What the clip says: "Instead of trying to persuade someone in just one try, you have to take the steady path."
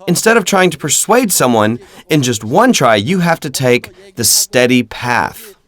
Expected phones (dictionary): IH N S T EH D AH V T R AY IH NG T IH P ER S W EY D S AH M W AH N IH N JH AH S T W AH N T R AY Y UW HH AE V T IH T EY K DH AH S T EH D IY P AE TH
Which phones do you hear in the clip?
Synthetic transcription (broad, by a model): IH N S T EH D AH V T R AY IH NG T IH P ER S W EY D S AH M W AH N IH N JH AH S T W AH N T R AY Y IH HH AE F T IH T EY K DH AH S T EH D IY P AE TH